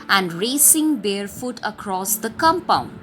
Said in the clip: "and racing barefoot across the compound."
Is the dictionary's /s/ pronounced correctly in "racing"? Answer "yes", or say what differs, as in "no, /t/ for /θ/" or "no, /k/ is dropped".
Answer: yes